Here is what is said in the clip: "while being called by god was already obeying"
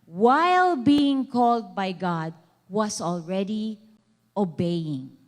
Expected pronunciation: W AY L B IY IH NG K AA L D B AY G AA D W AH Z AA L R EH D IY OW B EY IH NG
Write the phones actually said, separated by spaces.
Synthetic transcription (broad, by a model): W AY L B IY IH NG K AA L D B AY G AA D W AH S AA L R EH D IY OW B EY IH NG